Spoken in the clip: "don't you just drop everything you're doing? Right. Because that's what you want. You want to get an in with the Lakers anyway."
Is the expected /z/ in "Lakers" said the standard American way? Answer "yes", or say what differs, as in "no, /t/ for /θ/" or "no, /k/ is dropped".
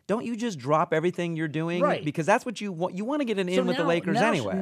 yes